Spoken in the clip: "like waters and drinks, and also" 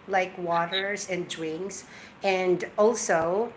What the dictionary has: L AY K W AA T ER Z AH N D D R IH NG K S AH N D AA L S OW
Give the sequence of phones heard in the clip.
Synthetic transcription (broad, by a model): L AY K W AA T ER Z AH N D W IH NG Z AH N D AA L S OW